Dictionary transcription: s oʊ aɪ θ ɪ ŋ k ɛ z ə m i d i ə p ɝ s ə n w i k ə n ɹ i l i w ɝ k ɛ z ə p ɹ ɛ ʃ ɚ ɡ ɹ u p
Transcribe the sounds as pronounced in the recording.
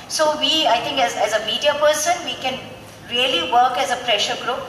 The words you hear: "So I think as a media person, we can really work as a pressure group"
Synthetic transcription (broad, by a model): s oʊ aɪ t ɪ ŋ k ɛ z ə m i d i ə p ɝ s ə n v i k ə n ɹ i l i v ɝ k ɛ z ə p ɹ ɛ ʃ ɚ ɡ ɹ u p